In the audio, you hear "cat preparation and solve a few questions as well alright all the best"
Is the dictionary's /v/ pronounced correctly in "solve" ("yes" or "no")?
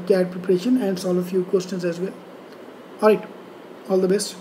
no